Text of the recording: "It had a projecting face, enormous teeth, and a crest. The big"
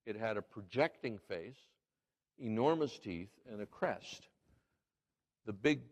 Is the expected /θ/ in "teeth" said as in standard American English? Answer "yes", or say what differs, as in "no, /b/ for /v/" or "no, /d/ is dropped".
yes